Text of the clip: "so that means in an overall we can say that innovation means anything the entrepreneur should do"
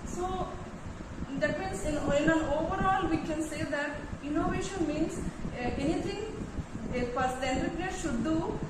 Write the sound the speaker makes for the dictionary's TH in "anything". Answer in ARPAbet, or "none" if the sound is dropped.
T